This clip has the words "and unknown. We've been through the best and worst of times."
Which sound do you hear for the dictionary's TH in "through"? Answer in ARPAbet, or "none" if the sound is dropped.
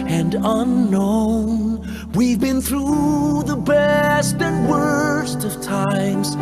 TH